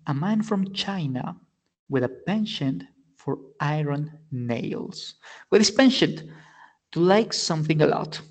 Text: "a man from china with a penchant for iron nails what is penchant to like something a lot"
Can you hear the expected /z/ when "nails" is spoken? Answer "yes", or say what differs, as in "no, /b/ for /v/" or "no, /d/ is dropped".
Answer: no, /s/ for /z/